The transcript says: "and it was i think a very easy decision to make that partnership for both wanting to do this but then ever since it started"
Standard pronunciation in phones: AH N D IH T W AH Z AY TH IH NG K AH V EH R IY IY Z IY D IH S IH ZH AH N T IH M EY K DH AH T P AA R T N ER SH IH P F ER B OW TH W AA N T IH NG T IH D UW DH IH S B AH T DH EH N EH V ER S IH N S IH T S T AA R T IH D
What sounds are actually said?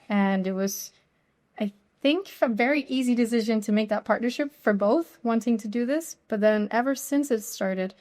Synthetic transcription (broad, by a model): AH N IH T W AH Z AY TH IH NG K AH V EH R IY IY Z IY D IH S IH ZH AH N T IH M EY K DH AH T P AA R T N ER SH IH P F ER B OW TH W AA N T IH NG T IH D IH DH IH S B AH T DH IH N EH V ER S IH N S IH T S T AA R T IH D